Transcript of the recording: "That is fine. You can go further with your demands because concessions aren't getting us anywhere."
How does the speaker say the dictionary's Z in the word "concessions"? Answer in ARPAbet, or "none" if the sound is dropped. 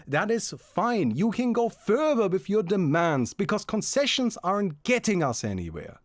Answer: Z